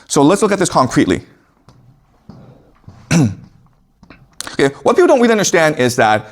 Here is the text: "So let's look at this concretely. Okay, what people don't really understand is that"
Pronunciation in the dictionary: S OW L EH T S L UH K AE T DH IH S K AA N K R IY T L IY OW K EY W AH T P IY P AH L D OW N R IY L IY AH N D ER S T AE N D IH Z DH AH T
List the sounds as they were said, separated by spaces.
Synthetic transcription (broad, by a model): S OW L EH T S L UH K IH T DH IH S K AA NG K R IY T L IY OW K EY W AH T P IY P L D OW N W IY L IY AH N D ER S T AE N D IH Z DH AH T